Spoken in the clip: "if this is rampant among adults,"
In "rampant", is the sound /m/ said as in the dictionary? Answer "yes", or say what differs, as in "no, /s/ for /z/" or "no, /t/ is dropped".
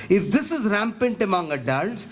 yes